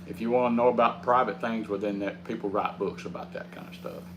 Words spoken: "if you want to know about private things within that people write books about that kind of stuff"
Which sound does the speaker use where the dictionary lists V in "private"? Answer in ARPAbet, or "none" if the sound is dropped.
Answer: V